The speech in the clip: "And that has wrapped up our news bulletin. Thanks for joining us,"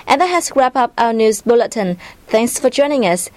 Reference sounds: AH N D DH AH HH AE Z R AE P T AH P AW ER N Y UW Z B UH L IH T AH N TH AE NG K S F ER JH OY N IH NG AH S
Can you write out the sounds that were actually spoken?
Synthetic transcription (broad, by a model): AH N DH AH HH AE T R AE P AH P AW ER N Y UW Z B UH L IH T AH N TH AE NG K S F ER JH OY N IH NG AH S